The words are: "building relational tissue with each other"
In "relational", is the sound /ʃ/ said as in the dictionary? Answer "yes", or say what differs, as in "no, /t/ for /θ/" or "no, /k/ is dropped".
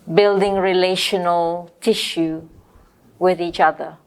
yes